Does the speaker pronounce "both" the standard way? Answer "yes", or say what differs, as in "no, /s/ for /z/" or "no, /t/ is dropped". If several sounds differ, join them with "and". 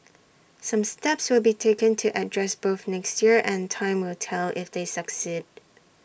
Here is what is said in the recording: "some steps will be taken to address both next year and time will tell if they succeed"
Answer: yes